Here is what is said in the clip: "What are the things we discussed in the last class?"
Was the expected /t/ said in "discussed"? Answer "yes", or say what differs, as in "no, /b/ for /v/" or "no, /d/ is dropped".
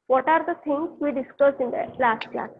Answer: no, /t/ is dropped